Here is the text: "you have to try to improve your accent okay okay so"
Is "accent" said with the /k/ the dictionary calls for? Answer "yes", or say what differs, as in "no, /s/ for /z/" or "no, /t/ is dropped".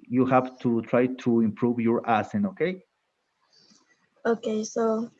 no, /k/ is dropped